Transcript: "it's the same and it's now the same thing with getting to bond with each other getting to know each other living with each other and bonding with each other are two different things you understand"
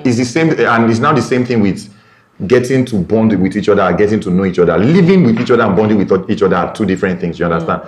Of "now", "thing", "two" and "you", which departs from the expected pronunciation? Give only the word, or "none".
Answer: none